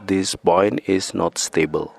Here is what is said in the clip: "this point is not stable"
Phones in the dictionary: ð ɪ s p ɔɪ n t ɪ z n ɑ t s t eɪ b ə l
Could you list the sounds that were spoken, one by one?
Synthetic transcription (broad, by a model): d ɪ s b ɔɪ n ɪ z n ɑ t s t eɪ b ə l